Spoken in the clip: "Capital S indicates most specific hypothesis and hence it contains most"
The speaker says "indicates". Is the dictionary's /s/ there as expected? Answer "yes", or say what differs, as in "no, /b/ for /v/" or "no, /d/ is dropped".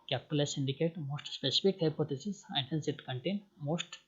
no, /s/ is dropped